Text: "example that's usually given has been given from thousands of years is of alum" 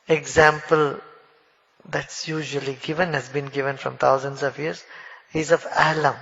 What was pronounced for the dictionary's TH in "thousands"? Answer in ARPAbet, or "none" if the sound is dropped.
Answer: T